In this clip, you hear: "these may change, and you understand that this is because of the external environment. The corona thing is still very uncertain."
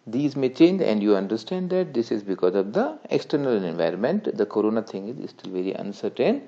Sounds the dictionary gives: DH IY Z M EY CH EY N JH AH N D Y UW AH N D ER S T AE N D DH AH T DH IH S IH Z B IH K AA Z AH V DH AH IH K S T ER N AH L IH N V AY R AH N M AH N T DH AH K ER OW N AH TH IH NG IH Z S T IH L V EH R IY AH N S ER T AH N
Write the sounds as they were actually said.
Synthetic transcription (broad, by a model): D IY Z M EY CH EY N JH AH N D Y UW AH N D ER S T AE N D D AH T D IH S IH Z B IH K AA Z AH V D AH IH K S T ER N AH L IH N V AY R AH N M AH N T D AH K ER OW N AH T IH NG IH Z S T IH L V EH R IY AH N S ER T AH N